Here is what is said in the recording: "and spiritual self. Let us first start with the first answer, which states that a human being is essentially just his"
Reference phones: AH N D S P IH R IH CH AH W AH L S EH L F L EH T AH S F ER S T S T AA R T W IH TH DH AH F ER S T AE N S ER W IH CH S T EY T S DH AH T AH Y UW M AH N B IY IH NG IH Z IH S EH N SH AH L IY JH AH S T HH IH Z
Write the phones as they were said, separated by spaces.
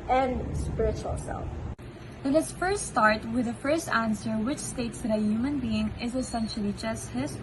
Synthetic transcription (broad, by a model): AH N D S P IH R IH CH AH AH L S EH L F N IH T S F ER S T S T AA R T W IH DH AH F ER S T AE N S ER W IH CH S T EY T S DH AH T AH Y UW M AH N B IY IH NG IH Z IH S EH N SH AH L IY JH AH S T HH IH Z